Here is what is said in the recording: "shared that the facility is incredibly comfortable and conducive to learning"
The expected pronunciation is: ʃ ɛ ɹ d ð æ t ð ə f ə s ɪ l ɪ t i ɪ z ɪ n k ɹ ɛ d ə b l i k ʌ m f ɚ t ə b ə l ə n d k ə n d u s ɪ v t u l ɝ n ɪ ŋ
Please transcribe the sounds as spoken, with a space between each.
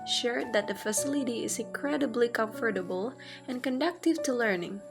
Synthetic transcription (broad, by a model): ʃ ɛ ɹ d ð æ t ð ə f ə s ɪ l ɪ t i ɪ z ɪ n k ɹ ɛ d ə b l i k ʌ m f ɚ t ə b ə l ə n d k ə n d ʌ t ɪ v t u l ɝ n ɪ ŋ